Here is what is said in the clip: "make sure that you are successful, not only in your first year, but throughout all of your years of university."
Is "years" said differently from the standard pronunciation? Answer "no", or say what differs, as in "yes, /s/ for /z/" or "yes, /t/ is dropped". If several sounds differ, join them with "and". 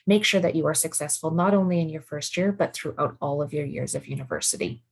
no